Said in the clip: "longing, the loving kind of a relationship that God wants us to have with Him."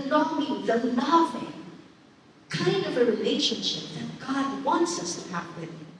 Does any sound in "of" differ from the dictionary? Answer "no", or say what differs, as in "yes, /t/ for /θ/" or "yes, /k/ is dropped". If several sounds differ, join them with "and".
no